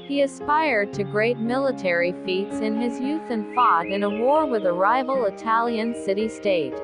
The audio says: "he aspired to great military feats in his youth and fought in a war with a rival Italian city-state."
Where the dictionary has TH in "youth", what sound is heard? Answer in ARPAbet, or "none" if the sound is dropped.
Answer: TH